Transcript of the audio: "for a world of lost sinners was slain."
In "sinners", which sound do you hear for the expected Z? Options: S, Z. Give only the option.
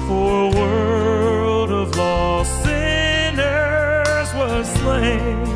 Z